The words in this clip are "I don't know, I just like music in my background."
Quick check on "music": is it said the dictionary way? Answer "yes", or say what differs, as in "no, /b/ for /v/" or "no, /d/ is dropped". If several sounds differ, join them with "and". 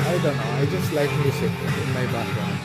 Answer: no, /s/ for /z/